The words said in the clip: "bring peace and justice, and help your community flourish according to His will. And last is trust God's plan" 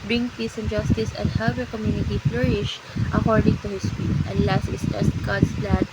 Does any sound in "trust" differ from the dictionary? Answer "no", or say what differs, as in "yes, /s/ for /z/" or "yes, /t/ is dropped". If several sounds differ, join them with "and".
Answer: yes, /ɹ/ is dropped